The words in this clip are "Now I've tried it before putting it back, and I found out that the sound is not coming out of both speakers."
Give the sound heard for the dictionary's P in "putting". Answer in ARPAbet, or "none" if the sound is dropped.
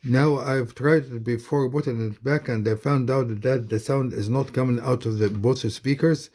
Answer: B